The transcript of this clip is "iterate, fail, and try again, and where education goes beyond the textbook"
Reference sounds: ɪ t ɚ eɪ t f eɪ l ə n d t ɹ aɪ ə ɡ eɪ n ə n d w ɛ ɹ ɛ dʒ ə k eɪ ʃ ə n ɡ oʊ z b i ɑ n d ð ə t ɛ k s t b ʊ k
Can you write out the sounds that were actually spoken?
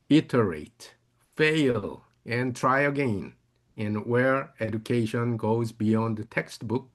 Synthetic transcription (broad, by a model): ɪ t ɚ eɪ t f eɪ l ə n t ɹ aɪ ə ɡ eɪ n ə n w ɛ ɹ ɛ dʒ ə k eɪ ʃ ə n ɡ oʊ z b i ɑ n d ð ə t ɛ k s t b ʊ k